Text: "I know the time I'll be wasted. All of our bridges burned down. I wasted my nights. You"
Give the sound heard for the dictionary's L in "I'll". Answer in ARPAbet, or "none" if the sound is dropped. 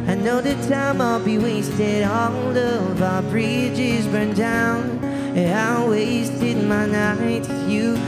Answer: L